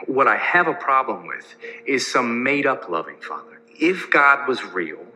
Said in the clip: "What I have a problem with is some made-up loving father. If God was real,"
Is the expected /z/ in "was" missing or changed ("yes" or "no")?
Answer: no